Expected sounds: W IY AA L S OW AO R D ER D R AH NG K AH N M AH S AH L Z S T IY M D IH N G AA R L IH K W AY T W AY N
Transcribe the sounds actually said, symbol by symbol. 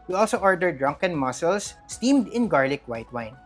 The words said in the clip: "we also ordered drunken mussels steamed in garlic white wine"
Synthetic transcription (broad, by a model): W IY AA L S OW AO R D ER D R AH NG K AH N M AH S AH L S T IY M D IH N G AA R L IH K W AY T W AY N